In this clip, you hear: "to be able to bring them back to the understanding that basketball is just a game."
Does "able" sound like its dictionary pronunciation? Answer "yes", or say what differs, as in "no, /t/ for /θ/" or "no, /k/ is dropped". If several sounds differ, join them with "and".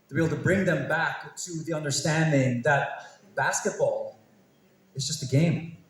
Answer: no, /b/ is dropped